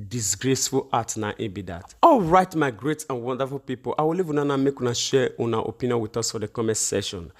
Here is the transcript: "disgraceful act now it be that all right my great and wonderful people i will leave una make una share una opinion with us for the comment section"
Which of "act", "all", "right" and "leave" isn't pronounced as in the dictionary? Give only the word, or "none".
act